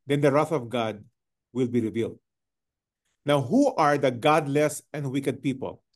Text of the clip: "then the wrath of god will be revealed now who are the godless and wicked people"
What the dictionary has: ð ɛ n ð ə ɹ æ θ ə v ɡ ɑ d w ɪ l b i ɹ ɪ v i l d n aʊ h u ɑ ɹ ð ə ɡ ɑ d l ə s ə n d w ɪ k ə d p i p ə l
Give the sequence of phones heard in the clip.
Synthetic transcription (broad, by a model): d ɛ n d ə ɹ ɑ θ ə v ɡ ɑ d w ɪ l b i ɹ ɪ v i l d n aʊ h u ɑ ɹ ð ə ɡ ɑ d l ə s ə n d w ɪ k ə d p i p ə l